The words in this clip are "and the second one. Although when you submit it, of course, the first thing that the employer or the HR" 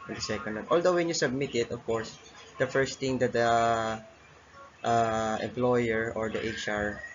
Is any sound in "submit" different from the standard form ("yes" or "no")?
no